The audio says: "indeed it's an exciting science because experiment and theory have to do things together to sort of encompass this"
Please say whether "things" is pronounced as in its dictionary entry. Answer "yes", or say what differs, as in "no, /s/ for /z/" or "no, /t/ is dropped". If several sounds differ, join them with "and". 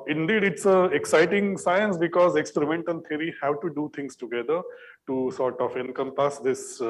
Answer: no, /t/ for /θ/